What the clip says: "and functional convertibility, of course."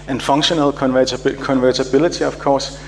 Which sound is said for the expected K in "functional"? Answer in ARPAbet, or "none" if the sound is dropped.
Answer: none